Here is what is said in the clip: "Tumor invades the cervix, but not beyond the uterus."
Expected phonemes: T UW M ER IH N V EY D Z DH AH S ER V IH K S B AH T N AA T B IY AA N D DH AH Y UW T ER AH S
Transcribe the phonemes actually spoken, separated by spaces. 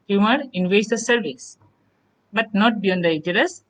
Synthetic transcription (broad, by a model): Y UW M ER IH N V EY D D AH S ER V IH S B AH T N AA T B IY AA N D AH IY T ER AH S